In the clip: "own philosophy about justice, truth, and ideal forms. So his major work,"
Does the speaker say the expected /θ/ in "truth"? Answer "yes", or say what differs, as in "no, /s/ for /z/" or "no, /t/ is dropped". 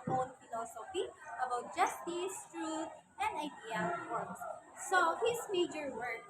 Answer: no, /t/ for /θ/